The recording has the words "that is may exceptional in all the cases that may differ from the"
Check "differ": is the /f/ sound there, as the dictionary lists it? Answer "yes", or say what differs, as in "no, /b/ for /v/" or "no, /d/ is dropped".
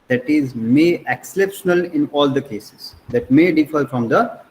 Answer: yes